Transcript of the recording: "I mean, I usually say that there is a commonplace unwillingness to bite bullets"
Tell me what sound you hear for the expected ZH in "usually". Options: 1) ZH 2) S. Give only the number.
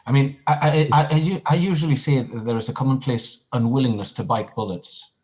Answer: 1